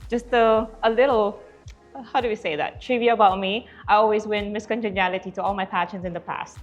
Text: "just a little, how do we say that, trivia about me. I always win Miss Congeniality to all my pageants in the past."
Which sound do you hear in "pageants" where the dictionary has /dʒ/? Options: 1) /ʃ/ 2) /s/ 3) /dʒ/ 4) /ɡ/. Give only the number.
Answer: 1